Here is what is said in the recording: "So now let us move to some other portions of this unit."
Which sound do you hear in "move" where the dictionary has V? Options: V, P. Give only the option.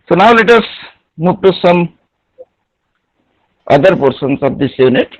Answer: P